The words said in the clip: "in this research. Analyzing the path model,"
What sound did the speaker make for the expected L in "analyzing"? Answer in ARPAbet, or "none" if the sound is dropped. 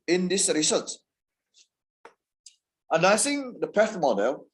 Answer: none